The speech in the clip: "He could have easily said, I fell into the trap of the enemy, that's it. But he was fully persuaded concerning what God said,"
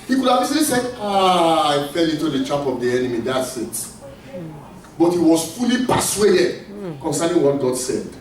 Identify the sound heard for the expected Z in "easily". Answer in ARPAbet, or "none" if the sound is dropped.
S